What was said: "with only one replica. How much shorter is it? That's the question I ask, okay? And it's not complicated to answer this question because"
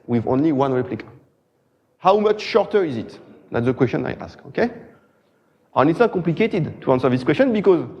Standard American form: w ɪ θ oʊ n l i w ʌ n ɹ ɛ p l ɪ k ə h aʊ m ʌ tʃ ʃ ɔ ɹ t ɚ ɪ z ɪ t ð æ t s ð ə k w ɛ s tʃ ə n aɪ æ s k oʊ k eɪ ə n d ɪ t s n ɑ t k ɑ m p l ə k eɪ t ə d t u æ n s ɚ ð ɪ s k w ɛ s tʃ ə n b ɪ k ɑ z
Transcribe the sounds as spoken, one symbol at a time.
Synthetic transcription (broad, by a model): w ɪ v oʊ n l i w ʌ n ɹ ɛ p l ɪ k ə h aʊ m ʌ tʃ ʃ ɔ ɹ t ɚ ɪ z ɪ t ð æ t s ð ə k w ɛ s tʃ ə n aɪ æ s k oʊ k eɪ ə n ɪ t s n ɑ t k ɑ m p l ə k eɪ t ə d t u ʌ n s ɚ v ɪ s k w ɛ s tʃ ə n b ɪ k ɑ z